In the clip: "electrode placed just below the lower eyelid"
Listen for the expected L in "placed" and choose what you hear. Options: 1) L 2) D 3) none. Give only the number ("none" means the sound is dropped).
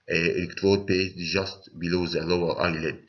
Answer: 3